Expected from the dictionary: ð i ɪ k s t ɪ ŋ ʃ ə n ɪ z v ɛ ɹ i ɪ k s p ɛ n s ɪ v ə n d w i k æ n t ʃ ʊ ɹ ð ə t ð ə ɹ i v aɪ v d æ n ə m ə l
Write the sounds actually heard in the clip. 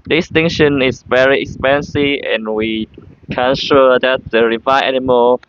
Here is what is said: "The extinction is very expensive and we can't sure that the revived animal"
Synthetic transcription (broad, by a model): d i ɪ s t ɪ ŋ ʃ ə n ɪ s v ɛ ɹ i ɪ k s p ɛ n s ɪ v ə n w i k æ n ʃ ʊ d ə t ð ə ɹ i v aɪ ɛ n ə m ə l